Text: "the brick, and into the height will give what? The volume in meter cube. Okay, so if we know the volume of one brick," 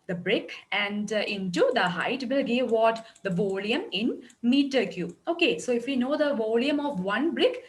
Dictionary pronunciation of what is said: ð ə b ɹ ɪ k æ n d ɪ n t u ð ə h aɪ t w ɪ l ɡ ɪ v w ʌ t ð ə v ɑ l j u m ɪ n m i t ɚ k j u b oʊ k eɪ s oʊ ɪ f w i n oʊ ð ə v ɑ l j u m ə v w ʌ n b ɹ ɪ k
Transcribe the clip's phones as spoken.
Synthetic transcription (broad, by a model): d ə b ɹ ɪ k æ n d ɪ n t u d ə h aɪ t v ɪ l ɡ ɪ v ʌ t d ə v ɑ l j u m ɪ n m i t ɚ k j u oʊ k eɪ s oʊ ɪ f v i n oʊ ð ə v ɑ l j u m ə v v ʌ n b ɹ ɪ k